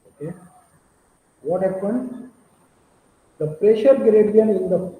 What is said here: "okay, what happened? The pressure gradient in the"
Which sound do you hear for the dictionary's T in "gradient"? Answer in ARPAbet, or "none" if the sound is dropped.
none